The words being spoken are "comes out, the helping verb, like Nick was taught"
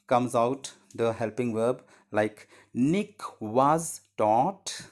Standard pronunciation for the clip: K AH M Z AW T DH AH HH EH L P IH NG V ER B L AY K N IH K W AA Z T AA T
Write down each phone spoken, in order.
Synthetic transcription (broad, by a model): K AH M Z AW T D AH HH EH L P IH NG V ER B L AY K N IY K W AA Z T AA T